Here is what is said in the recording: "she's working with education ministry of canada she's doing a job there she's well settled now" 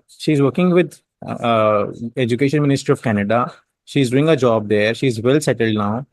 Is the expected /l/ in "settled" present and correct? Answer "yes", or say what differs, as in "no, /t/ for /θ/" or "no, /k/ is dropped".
yes